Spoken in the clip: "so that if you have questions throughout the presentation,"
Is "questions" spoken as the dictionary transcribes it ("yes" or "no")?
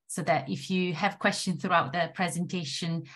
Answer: no